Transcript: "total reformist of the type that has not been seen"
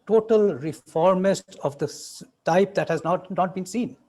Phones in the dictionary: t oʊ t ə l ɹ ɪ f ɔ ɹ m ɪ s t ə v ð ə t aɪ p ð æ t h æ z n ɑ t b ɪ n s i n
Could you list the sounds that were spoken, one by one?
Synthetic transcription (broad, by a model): t oʊ t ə l ɹ ɪ f ɔ ɹ m ɪ s t ə v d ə t aɪ p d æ t h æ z n ɑ t b ɪ n s i n